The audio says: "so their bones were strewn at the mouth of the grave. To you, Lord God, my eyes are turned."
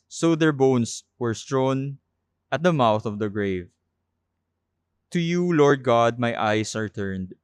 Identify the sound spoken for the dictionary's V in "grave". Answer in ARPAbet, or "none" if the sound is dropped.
V